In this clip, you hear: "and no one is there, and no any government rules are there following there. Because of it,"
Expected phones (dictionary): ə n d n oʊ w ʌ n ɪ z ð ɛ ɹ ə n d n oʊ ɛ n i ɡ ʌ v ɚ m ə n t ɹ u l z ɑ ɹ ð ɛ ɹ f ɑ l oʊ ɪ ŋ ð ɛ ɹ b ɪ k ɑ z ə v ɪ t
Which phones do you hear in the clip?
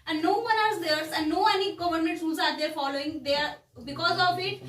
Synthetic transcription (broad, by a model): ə n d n oʊ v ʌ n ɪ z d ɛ ɹ ə n d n oʊ ɛ n i ɡ ʌ v ɚ m ə n t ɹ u z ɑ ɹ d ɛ ɹ f ɑ l oʊ ɪ ŋ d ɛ ɹ b ɪ k ɑ z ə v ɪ t